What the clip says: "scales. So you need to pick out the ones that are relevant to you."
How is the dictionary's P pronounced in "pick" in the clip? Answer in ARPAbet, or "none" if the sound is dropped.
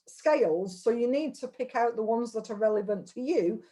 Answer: P